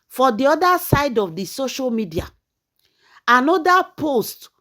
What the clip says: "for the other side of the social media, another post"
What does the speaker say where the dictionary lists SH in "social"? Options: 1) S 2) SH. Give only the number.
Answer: 2